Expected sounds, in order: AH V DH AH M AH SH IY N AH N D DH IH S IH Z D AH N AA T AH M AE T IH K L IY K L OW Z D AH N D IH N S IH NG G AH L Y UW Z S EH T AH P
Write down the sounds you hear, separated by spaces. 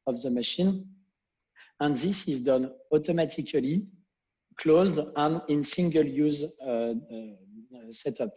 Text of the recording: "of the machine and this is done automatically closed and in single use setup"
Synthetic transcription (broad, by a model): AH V DH AH M AH SH IY N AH N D DH IH S IH Z D AH N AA T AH M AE T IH K L IY K L OW Z D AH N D IH N S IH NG G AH L Y UW Z S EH T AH P